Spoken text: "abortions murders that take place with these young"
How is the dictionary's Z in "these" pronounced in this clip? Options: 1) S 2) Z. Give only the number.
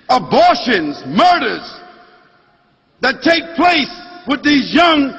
2